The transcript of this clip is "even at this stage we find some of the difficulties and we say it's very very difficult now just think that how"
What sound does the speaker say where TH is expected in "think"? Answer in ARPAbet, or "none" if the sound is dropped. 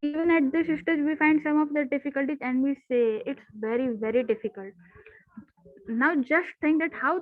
T